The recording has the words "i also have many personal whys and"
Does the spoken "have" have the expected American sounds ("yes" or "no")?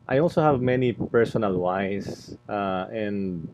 yes